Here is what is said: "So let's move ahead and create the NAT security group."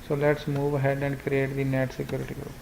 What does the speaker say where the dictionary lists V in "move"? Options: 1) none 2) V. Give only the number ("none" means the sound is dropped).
2